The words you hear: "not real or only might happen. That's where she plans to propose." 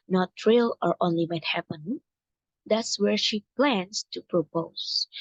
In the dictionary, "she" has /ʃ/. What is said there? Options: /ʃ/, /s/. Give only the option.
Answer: /ʃ/